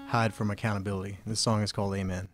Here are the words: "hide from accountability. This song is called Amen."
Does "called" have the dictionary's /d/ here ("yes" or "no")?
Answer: yes